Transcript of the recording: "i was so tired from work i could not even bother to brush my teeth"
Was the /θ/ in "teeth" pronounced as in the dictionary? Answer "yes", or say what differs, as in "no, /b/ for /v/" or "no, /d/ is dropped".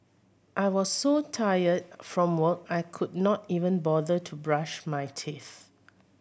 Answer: yes